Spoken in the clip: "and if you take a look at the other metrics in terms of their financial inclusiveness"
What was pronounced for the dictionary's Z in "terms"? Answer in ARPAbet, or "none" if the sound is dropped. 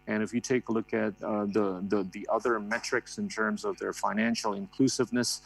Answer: Z